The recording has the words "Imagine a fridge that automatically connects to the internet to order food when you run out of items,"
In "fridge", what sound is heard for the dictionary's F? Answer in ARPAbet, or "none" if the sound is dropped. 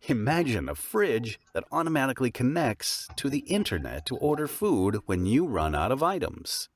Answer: F